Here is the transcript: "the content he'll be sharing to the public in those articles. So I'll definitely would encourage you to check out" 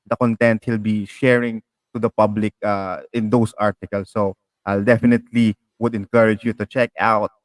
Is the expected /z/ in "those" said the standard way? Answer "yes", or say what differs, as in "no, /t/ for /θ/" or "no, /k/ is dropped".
no, /s/ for /z/